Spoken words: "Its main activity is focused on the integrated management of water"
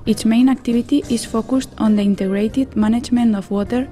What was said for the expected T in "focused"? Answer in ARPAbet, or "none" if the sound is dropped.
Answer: T